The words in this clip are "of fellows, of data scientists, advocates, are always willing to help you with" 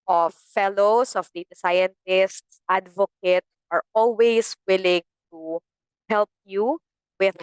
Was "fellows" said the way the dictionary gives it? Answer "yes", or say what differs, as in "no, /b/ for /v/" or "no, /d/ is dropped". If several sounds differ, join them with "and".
no, /s/ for /z/